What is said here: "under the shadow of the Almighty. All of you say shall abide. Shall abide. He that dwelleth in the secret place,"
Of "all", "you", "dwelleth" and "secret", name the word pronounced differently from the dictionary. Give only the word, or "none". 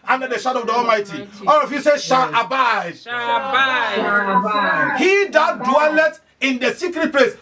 dwelleth